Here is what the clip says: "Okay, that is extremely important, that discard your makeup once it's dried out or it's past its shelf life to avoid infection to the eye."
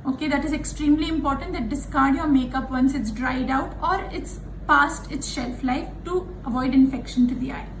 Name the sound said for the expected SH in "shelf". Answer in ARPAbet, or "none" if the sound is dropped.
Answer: SH